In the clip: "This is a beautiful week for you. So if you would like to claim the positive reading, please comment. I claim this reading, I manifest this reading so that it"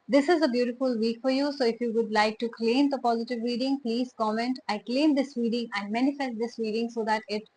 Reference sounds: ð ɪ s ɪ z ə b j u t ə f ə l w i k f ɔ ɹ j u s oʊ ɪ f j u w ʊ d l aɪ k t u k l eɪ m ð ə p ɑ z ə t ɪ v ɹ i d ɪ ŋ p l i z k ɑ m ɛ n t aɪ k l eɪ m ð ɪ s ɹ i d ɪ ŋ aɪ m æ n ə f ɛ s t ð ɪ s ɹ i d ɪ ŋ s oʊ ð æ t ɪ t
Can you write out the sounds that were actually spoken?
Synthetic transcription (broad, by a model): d ɪ s ɪ z ə b j u t ə f ə l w i k f ɔ ɹ j u s oʊ ɪ f j u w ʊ d l aɪ k t u k l eɪ m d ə p ɑ z ə t ɪ v ɹ i d ɪ ŋ p l i z k ɑ m ɛ n t aɪ k l eɪ m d ɪ s ɹ i d ɪ ŋ aɪ m æ n ə f ɛ s t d ɪ s ɹ i d ɪ ŋ s oʊ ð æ t ɪ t